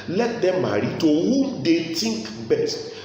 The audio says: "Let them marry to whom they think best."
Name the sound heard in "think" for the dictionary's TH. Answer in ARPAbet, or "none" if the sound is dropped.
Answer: T